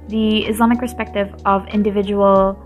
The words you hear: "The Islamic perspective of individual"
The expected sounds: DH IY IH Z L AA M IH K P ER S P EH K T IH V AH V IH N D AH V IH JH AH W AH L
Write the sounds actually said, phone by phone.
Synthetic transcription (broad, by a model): DH IY IH Z L AA M IH K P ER S P EH K T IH V AH V IH N D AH V IH JH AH W L